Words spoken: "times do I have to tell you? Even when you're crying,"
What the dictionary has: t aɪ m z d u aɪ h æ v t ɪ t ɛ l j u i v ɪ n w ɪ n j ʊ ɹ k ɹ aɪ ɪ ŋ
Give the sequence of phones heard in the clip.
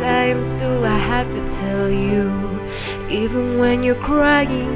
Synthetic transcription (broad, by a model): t aɪ m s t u aɪ h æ f t ɪ t ɛ l j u i v ɪ n w ɪ n j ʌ ɹ k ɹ aɪ ɪ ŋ